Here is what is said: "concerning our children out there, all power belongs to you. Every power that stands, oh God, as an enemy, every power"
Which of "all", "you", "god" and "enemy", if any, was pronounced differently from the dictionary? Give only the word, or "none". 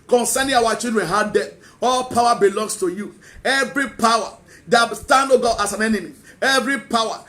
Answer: god